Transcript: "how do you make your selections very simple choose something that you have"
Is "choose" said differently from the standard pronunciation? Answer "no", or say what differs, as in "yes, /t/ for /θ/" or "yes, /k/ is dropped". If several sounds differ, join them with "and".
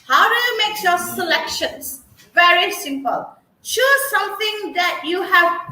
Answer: yes, /ʃ/ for /tʃ/